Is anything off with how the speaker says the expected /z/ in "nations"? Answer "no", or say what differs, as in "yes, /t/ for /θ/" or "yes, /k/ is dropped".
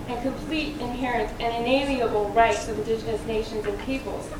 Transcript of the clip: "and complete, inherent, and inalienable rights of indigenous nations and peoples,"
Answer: no